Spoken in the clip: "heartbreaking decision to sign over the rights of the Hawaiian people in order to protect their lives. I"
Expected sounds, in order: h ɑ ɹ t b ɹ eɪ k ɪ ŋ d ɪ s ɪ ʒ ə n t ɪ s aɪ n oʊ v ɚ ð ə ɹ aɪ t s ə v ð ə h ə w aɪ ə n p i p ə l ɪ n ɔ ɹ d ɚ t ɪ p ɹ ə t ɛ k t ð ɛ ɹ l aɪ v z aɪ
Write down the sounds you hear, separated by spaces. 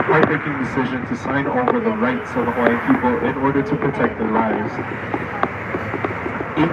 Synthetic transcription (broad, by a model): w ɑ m eɪ k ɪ ŋ d ɪ s ɪ ʒ ə n t ɪ s aɪ n oʊ v ɚ ð ə ɹ aɪ t s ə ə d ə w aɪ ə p i p l ɪ n ɔ ɹ d ɚ t ɪ p ɹ ə t ɛ k t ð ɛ ɹ l aɪ v z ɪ